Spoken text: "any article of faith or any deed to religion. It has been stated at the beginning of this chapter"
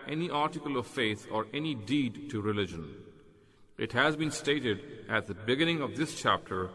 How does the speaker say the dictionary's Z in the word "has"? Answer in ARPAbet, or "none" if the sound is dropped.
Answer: Z